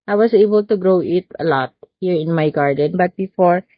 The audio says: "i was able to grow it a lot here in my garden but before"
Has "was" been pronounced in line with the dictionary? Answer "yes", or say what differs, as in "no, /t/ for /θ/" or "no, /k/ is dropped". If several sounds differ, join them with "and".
no, /s/ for /z/